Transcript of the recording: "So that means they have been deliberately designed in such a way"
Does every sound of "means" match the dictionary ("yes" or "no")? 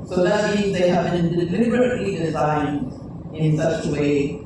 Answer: yes